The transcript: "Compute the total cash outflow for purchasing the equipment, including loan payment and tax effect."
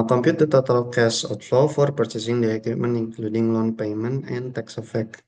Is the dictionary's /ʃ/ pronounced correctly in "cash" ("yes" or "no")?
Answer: no